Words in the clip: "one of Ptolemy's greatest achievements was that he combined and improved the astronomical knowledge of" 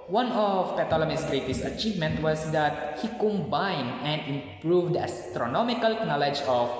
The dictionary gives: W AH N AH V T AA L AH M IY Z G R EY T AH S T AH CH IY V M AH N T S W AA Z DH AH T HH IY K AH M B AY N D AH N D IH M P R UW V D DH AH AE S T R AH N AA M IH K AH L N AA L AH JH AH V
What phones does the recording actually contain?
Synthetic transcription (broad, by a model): W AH N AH P T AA L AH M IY S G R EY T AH S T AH CH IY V M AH N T W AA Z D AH T HH IY K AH M B AY N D AH N D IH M P R UW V D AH S T R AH N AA M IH K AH L N AA L AH JH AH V